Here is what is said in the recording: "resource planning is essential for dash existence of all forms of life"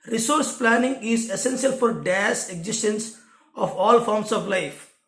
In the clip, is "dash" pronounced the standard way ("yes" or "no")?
no